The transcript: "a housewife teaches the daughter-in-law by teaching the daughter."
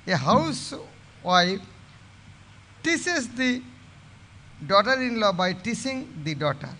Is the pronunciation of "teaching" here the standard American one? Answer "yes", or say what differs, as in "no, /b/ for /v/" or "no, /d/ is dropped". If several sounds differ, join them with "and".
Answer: no, /s/ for /tʃ/